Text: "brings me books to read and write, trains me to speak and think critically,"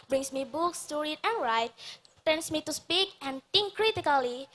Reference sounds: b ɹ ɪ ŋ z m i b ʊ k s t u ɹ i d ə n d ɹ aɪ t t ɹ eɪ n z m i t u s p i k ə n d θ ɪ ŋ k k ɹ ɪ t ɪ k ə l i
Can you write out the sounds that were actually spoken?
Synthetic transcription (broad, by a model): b ɹ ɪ ŋ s m i b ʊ k s t u ɹ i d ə n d ɹ aɪ t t eɪ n s m i t u s p i k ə n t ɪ ŋ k k ɹ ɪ t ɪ k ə l i